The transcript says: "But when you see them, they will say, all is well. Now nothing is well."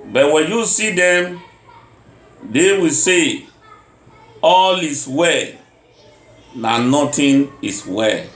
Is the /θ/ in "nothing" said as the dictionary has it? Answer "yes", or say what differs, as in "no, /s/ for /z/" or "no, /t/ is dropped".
no, /t/ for /θ/